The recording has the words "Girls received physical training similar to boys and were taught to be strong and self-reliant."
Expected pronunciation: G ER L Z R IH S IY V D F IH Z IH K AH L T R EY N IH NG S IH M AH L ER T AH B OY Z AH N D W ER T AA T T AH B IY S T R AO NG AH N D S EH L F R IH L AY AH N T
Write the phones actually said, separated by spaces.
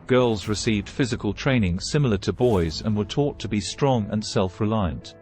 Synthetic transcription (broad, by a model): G ER L Z R IH S IY V D F IH Z IH K AH L T R EY N IH NG S IH M L ER T AH B OY Z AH N W ER T AA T T AH B IY S T R AO NG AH N S EH L F R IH L AY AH N T